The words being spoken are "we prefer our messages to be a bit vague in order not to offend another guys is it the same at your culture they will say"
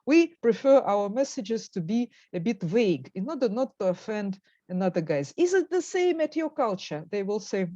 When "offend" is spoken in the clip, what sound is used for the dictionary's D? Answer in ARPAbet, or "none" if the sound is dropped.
D